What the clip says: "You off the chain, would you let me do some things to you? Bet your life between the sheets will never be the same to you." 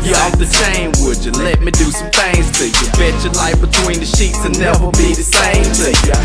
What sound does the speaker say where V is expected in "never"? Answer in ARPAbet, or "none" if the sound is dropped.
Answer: W